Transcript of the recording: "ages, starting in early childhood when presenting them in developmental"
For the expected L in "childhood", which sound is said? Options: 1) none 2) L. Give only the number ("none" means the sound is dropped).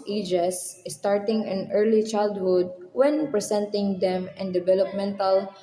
2